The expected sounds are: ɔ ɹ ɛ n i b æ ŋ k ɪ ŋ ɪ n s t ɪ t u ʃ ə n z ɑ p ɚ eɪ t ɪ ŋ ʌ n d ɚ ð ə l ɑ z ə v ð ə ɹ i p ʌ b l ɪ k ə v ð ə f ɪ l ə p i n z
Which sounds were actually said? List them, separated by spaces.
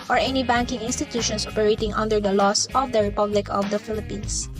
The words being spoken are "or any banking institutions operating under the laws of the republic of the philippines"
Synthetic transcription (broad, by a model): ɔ ɹ ɛ n i b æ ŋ k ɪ ŋ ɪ n s t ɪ t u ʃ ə n s ɑ p ɚ eɪ t ɪ ŋ ʌ n d ɚ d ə l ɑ s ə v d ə ɹ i p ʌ b l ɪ k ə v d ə f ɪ l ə p i n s